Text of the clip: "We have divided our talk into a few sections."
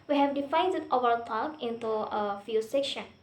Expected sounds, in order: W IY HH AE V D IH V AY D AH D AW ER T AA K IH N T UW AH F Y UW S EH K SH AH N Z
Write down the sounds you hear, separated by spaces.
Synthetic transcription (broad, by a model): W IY HH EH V D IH F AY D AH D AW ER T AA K IH N T UW AH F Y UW S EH K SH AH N